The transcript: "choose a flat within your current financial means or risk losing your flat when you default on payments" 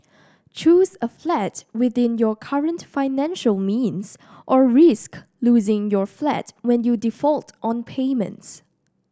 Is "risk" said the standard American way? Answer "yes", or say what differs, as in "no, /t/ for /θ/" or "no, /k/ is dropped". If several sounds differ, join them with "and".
yes